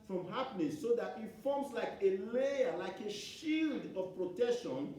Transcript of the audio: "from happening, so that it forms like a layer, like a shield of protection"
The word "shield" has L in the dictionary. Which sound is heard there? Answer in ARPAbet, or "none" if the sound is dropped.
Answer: L